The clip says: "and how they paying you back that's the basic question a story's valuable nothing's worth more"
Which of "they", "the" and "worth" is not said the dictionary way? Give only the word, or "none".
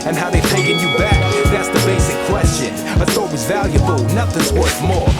worth